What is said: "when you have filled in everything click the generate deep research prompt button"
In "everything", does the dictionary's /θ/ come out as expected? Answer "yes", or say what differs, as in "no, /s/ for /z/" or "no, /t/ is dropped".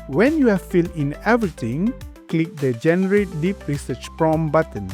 no, /t/ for /θ/